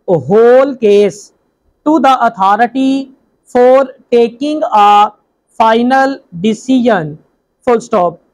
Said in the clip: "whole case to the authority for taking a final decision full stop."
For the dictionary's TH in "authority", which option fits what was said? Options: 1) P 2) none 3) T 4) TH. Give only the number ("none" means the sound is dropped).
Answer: 3